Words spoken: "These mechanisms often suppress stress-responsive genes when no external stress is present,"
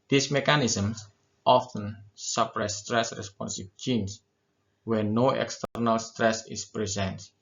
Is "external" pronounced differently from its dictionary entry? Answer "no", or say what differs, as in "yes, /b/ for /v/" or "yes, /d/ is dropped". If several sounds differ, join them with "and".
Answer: no